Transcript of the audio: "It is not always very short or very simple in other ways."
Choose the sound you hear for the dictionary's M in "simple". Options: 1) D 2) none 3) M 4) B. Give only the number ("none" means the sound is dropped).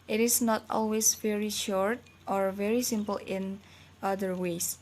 3